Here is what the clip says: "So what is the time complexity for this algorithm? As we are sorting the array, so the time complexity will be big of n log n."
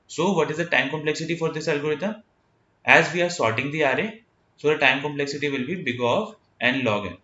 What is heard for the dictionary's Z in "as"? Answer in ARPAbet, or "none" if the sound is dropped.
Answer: Z